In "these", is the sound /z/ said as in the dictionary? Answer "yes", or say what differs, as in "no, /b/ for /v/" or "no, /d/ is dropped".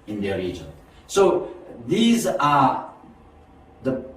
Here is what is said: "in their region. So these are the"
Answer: yes